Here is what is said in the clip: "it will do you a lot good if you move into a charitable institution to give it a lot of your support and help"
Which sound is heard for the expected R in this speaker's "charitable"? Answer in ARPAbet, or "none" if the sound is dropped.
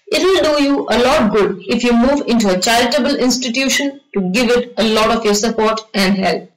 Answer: none